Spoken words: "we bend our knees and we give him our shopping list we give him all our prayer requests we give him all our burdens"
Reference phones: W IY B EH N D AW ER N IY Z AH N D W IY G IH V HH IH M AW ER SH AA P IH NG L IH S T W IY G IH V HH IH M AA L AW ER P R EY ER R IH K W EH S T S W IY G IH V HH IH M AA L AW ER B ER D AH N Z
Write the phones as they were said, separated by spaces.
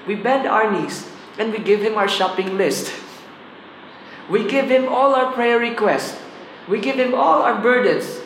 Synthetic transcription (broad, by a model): W IY B EH N D AW ER N IY S AH N D W IY G IH V HH IH M AW ER SH AA P IH NG L IH S T W IY G IH V HH IH M AA L AW ER P R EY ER R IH K W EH S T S W IY G IH V HH IH M AA L AW ER B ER D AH N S